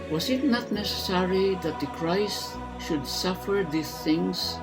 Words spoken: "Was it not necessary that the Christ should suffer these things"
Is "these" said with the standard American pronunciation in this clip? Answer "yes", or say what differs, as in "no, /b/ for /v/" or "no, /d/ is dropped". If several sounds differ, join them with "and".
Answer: no, /s/ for /z/